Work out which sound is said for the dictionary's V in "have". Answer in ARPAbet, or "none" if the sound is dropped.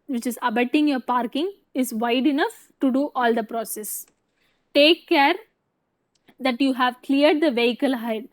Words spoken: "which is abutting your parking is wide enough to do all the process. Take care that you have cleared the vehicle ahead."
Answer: V